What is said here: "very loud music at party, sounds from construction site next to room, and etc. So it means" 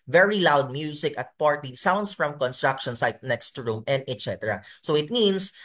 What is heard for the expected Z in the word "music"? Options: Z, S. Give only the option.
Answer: S